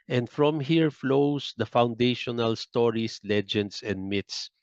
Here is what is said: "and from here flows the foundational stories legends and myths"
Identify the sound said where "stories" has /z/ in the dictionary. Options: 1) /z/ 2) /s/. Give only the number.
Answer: 2